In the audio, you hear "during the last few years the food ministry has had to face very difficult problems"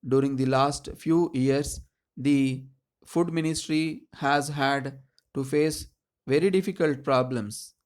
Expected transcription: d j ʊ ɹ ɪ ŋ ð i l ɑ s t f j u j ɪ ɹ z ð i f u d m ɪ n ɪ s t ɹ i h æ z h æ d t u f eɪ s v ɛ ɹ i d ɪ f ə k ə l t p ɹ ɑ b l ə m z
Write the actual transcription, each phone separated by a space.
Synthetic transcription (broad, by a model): d j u ɹ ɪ ŋ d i l ɑ s t f j u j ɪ ɹ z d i f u d m ɪ n ɪ s t ɹ i h æ z h æ d t u f eɪ s v ɛ ɹ i d ɪ f ə k ə l t p ɹ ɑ b l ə m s